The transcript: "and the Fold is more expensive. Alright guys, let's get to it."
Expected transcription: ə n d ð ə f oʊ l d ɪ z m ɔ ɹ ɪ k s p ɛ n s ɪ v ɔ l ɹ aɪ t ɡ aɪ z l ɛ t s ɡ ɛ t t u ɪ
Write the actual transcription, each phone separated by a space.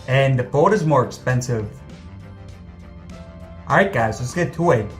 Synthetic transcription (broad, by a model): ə n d ð ə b oʊ d ɪ z m ɔ ɹ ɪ k s p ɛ n s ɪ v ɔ ɹ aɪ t ɡ aɪ z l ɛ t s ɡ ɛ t t u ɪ